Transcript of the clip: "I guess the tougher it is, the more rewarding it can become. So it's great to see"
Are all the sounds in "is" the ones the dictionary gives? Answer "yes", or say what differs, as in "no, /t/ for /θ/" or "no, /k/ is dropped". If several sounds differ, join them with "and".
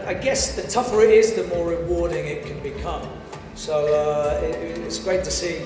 yes